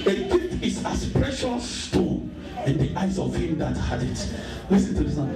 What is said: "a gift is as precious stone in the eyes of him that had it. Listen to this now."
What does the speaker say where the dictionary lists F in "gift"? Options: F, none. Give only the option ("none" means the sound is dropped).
none